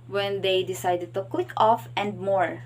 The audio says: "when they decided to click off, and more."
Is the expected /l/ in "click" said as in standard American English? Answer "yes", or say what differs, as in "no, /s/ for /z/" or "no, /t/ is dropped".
no, /w/ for /l/